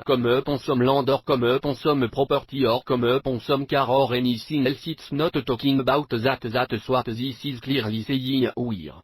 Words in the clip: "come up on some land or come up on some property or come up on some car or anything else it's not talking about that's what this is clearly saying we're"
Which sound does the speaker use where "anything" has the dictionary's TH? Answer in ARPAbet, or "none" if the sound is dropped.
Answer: S